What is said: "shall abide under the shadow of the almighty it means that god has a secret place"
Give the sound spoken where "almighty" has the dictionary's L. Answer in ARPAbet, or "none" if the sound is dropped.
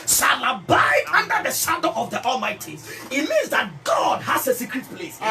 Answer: L